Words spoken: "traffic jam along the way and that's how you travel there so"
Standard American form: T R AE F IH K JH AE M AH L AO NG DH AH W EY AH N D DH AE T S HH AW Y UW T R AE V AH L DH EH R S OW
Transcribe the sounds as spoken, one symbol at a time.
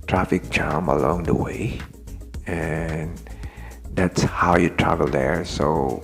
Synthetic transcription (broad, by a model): T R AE F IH K CH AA M AH L AO NG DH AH W EY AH N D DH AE T S HH AW Y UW T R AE V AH L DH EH R S OW